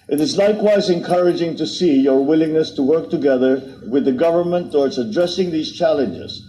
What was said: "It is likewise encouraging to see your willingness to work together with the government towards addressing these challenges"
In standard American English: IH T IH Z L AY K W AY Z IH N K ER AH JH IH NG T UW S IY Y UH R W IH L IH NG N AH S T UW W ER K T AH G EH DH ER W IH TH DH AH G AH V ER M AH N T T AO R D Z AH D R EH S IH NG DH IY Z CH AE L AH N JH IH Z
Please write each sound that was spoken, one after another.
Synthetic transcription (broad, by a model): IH T IH Z L AY K W AY Z IH N K ER AH JH IH NG T UW S IY Y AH R W IH L IH NG N AH S T UW W ER K T AH G EH DH ER W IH DH AH G AH V ER M AH N T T AO R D S AH D R EH S IH NG DH IY Z CH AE L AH N JH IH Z